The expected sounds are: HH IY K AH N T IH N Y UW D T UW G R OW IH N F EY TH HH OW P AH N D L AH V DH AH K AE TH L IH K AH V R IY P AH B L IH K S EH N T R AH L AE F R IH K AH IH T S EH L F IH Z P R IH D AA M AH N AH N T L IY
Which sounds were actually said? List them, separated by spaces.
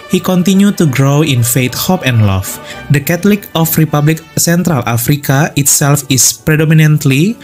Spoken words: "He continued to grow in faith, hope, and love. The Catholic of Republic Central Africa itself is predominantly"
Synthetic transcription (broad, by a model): HH IY K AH N T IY N Y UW T UW G R OW IH N F EY T HH OW P AH N D L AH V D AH K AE T L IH K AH F R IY P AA B L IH K S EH N T R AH L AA F R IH K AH IH T S EH L F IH S P R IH D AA M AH N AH N T L IY